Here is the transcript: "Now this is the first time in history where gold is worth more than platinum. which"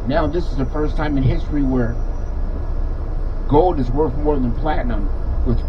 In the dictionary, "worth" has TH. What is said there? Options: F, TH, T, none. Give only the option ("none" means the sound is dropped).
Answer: TH